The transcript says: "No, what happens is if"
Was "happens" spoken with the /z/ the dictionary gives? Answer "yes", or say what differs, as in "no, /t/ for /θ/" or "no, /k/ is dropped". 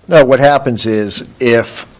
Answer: yes